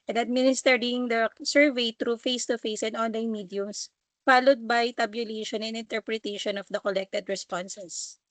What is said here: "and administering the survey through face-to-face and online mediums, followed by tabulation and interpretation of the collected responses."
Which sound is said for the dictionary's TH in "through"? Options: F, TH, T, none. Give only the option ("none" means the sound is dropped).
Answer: T